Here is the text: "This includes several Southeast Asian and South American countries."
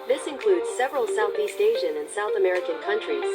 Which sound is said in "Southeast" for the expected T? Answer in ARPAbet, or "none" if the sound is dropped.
T